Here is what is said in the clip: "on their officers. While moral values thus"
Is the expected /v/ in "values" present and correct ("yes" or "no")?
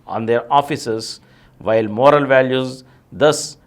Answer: yes